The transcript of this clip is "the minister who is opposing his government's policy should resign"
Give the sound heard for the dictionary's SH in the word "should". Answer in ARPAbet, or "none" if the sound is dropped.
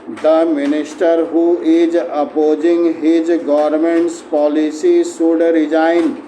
S